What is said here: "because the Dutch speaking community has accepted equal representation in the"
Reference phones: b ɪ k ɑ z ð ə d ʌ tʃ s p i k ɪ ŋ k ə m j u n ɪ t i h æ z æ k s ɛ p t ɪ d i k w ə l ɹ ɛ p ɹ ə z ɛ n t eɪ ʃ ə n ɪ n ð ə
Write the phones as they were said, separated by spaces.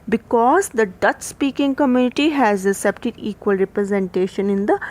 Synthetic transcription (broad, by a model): b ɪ k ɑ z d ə d ʌ tʃ s p i k ɪ ŋ k ə m j u n ɪ t i h æ z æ s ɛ p t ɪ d i k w ə l ɹ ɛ p ɹ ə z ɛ n t eɪ ʃ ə n ɪ n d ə